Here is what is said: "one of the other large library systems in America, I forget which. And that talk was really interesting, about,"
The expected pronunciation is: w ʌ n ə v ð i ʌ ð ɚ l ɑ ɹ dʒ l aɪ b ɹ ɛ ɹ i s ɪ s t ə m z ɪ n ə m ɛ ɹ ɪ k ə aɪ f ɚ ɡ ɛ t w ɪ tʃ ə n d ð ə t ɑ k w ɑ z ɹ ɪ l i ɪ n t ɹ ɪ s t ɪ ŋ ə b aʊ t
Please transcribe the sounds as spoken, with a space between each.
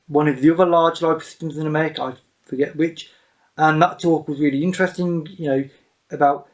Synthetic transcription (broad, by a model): w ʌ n ə v ð i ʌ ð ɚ l ɑ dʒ l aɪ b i s ɪ s t ə m z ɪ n ə m ɛ ɹ ɪ k ə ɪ f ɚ ɡ ɛ t w ɪ tʃ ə n ð ə t ɑ k w ɑ z ɹ ɪ l i ɪ n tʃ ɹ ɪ s t ɪ ŋ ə b aʊ t